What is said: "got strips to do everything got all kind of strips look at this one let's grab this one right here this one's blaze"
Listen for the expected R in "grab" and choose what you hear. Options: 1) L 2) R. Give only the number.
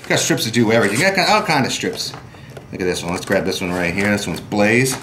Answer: 2